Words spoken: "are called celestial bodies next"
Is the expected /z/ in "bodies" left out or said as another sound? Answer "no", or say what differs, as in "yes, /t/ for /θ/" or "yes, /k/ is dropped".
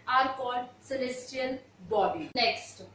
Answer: yes, /z/ is dropped